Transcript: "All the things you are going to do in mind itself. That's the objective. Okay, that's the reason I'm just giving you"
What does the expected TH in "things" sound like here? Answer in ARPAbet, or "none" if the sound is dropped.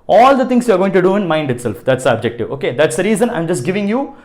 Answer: T